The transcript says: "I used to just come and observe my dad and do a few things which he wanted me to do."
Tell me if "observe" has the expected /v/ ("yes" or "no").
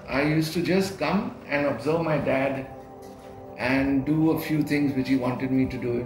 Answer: yes